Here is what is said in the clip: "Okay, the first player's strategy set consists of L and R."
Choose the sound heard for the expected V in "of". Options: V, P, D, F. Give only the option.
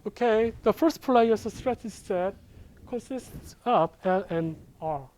P